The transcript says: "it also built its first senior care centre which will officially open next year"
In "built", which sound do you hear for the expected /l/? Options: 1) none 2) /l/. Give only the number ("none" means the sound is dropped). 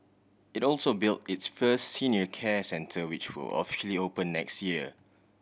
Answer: 2